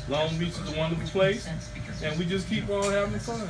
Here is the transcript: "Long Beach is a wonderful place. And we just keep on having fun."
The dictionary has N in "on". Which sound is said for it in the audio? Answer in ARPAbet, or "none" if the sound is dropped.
L